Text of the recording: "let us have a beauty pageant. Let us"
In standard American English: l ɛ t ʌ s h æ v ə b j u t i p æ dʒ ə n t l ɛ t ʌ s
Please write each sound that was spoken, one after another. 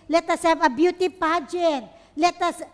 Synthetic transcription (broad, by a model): l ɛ t ʌ s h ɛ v ə b j u t i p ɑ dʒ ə t l ɛ t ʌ s